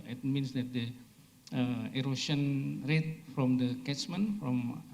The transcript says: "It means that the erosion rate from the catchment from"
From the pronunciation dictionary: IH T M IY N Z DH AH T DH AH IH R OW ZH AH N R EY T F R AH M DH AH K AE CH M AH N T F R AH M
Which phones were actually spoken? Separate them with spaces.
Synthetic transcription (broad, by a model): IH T M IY N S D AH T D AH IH R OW S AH N R EY T F R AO M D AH K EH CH M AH N F R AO M